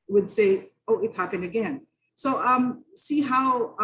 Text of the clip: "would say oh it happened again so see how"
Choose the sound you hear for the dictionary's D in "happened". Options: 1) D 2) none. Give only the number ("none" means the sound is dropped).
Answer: 2